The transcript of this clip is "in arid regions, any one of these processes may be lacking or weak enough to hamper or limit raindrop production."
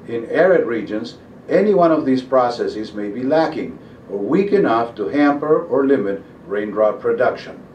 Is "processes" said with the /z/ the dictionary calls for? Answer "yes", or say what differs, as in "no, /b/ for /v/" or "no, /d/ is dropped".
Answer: yes